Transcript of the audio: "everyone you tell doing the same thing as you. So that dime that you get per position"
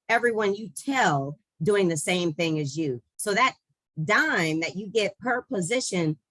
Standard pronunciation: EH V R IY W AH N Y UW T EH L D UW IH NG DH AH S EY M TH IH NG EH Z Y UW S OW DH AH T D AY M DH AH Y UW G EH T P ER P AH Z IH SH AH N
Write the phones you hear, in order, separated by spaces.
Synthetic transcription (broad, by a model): EH V R IY W AH N Y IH T EH L D UW IH NG DH AH S EY M TH IH NG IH Z Y UW S OW DH AH T D AY M DH AH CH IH G EH T P ER P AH Z IH SH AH N